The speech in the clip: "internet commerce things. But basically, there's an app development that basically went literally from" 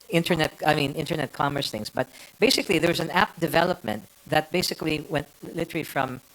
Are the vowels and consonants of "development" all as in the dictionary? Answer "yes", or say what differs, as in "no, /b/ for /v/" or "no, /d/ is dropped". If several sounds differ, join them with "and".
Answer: yes